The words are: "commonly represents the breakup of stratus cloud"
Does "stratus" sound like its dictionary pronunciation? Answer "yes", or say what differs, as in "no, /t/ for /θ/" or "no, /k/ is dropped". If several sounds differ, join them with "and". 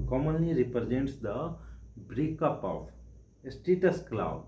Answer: no, /ɹ/ is dropped